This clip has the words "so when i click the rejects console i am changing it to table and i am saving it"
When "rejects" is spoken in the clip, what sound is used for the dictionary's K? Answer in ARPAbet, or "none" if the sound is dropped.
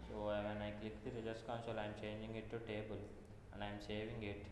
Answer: none